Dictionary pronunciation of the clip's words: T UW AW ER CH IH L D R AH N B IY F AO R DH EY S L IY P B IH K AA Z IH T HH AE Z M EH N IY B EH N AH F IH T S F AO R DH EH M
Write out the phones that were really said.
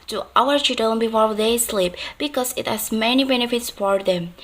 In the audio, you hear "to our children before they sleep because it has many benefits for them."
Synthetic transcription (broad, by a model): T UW AW ER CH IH D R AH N B IY F AO R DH EY S L IY P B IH K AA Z IH T HH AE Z M EH N IY B EH N AH F IH T S F AO R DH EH M